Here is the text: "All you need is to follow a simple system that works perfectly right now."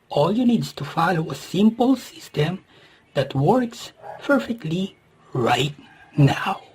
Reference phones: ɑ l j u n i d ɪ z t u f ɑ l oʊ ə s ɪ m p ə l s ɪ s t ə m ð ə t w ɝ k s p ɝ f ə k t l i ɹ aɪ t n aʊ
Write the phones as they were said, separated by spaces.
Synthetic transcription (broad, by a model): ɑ l j u n i d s t u f ɑ l oʊ ə s ɪ m p ə l s ɪ s t ə m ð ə t w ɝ k s p ɝ f ə k t l i ɹ aɪ t n aʊ